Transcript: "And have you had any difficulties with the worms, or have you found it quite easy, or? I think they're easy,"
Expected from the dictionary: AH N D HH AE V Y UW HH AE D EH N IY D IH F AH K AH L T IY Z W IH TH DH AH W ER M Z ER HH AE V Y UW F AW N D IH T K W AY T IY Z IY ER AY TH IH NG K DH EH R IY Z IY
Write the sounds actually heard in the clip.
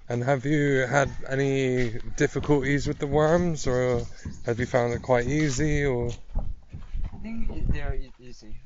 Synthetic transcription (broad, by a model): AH N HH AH V Y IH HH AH D EH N IY D IH F AH K AH L T IY Z W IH DH AH W ER M Z ER HH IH V Y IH F AW N D IH T K W AY T IY Z IY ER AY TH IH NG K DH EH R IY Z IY